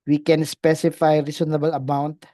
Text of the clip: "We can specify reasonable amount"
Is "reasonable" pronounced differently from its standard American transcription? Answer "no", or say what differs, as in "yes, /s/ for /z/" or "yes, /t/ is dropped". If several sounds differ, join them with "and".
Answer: yes, /s/ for /z/